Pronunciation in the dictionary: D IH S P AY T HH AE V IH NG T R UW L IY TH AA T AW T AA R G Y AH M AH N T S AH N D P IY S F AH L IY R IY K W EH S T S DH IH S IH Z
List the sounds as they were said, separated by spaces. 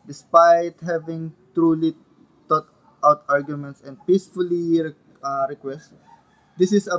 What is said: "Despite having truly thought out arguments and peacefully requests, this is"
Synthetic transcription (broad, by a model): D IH S P AY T HH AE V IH NG T R UW L IY T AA T AW T AA R G Y AH M AH N T S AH N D P IY S F AH L IY R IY K W EH S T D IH S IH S